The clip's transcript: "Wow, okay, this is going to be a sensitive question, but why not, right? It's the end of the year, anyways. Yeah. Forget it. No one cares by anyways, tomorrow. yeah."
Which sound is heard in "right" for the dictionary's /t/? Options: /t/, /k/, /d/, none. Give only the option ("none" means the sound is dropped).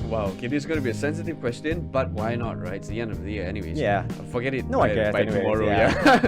none